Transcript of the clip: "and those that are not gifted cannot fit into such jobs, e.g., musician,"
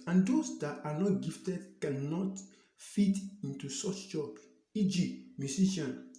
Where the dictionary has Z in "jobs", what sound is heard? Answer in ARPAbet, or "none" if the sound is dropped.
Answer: none